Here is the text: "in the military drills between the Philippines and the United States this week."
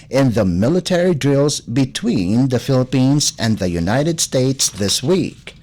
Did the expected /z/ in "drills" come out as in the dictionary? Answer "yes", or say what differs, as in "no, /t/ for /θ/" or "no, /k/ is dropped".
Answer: yes